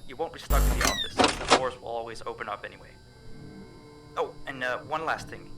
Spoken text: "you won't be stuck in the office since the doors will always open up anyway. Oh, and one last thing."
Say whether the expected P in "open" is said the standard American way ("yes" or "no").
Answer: yes